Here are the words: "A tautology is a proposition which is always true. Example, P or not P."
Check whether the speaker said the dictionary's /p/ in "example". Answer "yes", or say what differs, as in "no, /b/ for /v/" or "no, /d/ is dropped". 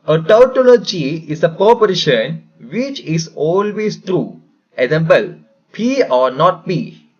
no, /b/ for /p/